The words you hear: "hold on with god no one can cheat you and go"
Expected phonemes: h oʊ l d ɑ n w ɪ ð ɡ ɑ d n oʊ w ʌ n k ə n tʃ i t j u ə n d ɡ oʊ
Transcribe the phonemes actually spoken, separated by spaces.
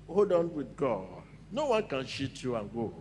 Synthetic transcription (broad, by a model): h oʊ d ɑ n w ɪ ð ɡ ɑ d n oʊ w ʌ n k ə n ʃ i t j u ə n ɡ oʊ